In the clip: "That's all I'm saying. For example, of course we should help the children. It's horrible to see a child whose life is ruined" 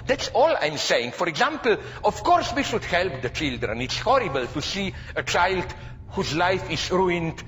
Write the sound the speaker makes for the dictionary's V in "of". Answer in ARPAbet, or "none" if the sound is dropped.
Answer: F